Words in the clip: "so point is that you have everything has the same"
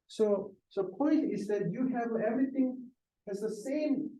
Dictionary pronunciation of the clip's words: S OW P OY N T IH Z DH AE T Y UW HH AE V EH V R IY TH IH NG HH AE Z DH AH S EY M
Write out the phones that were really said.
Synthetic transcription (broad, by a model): S OW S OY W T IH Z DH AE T Y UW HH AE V EH V R IY TH IH NG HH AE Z DH AH S EY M